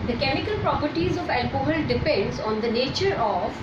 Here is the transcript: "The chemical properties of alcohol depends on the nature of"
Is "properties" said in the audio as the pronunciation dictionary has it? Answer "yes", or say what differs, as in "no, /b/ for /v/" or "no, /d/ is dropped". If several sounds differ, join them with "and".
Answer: yes